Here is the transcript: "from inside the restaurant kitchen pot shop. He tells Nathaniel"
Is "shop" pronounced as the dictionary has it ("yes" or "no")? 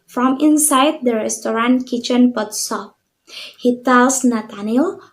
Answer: no